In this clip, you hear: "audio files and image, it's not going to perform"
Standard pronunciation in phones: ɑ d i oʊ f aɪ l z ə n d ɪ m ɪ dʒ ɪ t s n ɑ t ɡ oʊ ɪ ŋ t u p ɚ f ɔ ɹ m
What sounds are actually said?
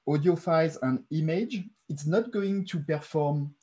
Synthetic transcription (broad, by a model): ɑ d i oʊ f aɪ z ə n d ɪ m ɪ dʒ ɪ t s n ɑ t ɡ oʊ ɪ ŋ t u p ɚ f ɔ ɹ m